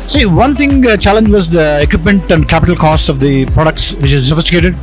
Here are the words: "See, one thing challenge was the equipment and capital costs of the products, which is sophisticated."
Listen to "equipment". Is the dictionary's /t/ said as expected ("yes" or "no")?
yes